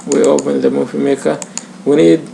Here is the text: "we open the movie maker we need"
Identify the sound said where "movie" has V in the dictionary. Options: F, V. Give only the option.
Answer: F